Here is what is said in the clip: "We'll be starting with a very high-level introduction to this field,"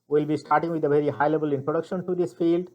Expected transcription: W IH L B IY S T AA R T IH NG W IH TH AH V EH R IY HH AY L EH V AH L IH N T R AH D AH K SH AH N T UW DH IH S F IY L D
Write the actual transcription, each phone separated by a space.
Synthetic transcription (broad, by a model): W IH L B IY S T AA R T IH NG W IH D AH V EH R IY HH AY L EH B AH L IH N T R AH D AH K SH AH N T UW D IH S F IY L D